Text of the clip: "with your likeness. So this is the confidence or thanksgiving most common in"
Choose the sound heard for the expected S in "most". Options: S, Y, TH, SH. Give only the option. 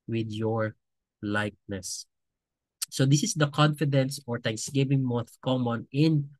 TH